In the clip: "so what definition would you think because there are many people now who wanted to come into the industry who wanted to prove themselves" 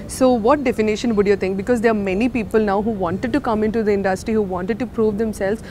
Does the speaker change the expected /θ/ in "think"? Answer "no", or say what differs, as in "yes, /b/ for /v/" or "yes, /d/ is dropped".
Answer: yes, /t/ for /θ/